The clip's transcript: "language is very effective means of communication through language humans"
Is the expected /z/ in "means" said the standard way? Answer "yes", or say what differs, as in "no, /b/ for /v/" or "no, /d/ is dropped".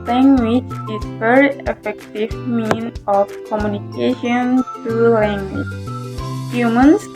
no, /z/ is dropped